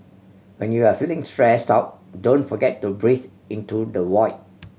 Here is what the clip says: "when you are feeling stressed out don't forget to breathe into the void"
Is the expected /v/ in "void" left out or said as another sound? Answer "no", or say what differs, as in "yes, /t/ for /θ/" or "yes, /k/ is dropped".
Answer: yes, /w/ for /v/